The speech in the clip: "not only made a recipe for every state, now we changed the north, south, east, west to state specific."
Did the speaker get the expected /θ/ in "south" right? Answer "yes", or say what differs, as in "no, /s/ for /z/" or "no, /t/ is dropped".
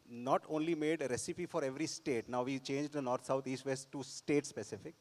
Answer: no, /t/ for /θ/